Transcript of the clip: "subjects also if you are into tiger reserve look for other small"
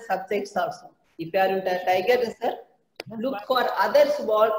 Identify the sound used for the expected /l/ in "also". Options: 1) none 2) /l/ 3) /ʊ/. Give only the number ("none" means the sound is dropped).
1